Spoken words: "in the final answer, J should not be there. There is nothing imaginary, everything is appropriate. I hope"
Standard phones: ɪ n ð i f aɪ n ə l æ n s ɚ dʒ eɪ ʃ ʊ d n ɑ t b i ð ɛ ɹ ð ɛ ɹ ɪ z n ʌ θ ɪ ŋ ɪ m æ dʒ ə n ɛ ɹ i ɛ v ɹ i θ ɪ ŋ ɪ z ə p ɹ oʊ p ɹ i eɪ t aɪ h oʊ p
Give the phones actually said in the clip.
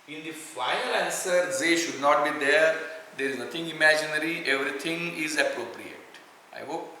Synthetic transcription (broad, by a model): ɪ n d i f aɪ ə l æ n s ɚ z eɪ ʃ ʊ d n ɑ t b i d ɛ ɹ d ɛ ɹ ɪ z n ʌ t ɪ ŋ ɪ m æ dʒ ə n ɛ ɹ i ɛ v ɹ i t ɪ ŋ ɪ z ə p ɹ oʊ p ɹ i eɪ t aɪ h oʊ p